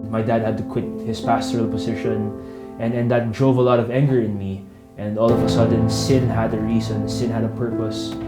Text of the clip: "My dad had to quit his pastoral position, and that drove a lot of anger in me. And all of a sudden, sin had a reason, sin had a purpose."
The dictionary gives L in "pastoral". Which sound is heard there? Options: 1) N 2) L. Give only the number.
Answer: 2